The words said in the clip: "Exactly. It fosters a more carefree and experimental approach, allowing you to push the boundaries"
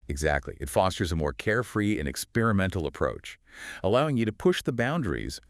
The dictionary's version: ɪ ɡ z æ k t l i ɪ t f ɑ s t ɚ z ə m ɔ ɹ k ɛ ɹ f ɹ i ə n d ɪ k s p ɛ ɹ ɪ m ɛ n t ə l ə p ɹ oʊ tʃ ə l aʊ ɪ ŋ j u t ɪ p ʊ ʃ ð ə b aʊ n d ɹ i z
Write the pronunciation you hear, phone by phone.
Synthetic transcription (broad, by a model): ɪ ɡ z æ k t l i ɪ t f ɑ s t ɚ z ə m ɔ ɹ k ɛ ɹ f ɹ i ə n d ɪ k s p ɛ ɹ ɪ m ɛ n t l ə p ɹ oʊ tʃ ə l aʊ ɪ ŋ j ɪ t ɪ p ʊ ʃ ð ə b aʊ n d ɹ i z